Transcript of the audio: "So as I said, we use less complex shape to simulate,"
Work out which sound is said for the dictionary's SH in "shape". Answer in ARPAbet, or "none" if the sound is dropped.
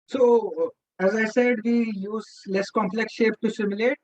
SH